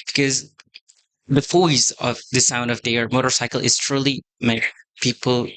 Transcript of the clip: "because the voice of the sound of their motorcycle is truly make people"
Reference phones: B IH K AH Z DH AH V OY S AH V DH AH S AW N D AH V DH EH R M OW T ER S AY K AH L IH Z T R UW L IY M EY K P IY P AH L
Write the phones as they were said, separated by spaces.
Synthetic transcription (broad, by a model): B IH K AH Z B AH F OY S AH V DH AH S AW N D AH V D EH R M OW T ER S AY K AH L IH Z T R UW L IY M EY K P IY P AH L